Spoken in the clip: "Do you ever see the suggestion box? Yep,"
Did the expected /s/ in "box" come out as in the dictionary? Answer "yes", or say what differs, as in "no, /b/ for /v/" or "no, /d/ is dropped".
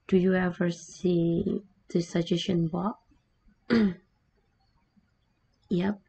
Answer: no, /s/ is dropped